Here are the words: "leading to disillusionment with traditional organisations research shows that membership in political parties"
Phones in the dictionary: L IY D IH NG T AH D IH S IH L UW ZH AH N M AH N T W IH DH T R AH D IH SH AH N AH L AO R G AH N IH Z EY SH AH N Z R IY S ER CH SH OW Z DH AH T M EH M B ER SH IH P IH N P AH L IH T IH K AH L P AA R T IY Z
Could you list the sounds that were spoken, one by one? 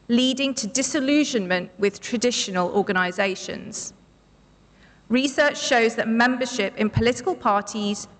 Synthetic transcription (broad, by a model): L IY D IH NG T AH D IH S IH L UW ZH AH N M AH N T W IH DH T R AH D IH SH AH N AH L AO G AH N IH Z EY SH AH N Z R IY S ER CH SH OW Z DH AH T M EH M B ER SH IH P IH N P AH L IH T IH K AH L P AA T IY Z